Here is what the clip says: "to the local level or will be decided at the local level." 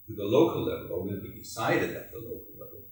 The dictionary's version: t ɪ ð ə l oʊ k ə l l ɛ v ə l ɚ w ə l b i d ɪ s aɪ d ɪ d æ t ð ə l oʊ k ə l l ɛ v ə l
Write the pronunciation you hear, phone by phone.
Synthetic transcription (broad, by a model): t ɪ ð ə l oʊ k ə l l ɛ v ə l ɚ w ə n b i d ɪ s aɪ d ɪ d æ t ð ə l oʊ k l l ɛ v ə l